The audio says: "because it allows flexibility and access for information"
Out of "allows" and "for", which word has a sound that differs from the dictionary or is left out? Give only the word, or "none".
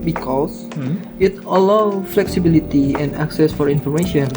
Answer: allows